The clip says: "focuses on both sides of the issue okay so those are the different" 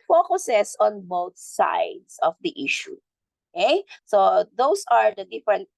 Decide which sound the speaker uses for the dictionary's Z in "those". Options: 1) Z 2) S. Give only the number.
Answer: 2